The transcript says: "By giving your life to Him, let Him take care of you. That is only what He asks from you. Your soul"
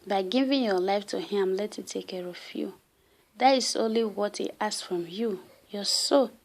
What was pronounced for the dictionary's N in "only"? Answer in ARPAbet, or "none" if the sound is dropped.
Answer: N